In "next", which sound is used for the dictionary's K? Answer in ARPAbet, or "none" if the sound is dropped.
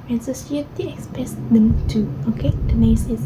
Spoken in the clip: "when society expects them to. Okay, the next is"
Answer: none